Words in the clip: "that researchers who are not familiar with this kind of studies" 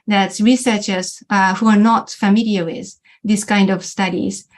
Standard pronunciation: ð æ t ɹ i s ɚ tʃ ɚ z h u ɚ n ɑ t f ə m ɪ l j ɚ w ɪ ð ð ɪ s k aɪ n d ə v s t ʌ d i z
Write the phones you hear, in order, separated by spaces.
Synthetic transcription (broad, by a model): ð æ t ɹ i s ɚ tʃ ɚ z h u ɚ n ɑ t f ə m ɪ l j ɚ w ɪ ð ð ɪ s k aɪ n d ə v s t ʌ d i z